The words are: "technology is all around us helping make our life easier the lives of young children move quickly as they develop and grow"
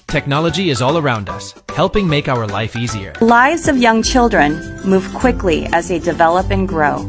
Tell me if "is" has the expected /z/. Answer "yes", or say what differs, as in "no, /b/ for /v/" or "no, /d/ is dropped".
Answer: yes